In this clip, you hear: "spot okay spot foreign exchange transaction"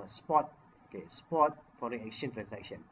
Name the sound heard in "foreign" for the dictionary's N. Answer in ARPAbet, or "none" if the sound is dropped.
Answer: none